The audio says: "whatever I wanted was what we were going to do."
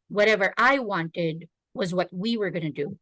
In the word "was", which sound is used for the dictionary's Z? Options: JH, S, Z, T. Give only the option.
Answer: Z